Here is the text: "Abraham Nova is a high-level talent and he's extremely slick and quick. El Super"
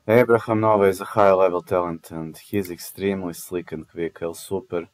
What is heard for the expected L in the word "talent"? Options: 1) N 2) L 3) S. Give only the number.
2